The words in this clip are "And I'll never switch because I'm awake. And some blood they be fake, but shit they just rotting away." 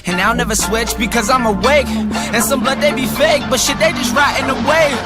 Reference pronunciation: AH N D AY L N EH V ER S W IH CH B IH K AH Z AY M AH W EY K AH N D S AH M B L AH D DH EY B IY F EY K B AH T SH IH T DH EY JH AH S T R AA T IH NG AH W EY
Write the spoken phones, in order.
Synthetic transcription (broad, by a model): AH N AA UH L N EH V ER S W IH CH B IH K AH Z AY M AH W EY K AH N S AH M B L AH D DH EY B IY F EY K B AH T SH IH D DH EY JH AH S T R AA T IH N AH W EY